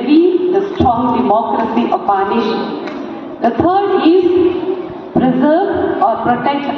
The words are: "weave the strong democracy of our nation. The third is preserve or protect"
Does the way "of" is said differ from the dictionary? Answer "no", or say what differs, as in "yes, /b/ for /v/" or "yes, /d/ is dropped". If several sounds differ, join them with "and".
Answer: yes, /p/ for /v/